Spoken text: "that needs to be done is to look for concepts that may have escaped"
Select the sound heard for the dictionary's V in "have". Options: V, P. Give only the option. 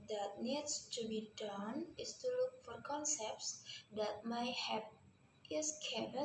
P